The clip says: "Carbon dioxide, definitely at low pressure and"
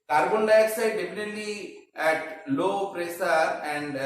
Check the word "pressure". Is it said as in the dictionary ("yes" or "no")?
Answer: no